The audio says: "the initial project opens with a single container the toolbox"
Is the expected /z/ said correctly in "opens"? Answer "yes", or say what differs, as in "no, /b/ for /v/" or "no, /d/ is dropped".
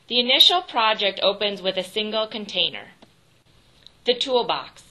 yes